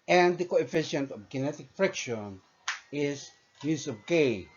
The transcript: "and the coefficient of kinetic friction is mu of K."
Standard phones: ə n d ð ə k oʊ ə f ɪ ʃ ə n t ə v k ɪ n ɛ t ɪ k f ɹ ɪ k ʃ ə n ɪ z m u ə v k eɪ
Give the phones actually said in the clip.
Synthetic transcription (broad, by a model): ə n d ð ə k oʊ ə f ɪ ʃ ə n t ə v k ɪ n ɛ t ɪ k f ɹ ɪ k ʃ ə n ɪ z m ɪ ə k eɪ